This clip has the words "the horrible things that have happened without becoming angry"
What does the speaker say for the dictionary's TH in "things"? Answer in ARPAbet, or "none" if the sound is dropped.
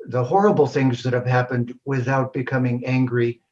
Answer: TH